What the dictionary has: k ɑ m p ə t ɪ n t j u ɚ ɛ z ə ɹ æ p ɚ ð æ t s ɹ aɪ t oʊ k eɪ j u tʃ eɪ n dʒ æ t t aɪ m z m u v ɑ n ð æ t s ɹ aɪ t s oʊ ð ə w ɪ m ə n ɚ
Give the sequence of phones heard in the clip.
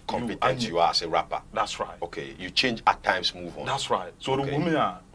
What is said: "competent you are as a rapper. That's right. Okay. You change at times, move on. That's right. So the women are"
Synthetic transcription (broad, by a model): k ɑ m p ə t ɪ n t j u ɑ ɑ s ə ɹ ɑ p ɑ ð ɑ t s ɹ aɪ t oʊ k eɪ j u tʃ eɪ n dʒ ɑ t t aɪ m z m u v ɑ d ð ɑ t s ɹ aɪ t s oʊ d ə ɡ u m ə ɑ